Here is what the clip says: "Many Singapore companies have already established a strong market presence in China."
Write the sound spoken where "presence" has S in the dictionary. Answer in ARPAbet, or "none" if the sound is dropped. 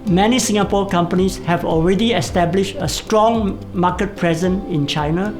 none